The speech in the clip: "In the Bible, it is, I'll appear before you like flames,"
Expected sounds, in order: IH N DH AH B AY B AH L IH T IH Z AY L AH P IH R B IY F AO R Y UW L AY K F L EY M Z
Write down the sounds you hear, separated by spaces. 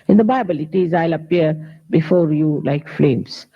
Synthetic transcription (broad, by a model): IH N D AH B AY B AH L IH T IH Z AY L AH P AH R B IY F AO R Y UW L AY K F L EY M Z